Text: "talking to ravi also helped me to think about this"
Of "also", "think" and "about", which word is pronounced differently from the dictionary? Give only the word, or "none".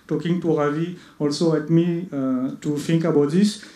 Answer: think